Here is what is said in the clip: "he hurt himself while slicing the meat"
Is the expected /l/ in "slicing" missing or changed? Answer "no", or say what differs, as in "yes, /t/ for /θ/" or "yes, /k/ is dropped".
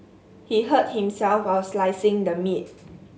no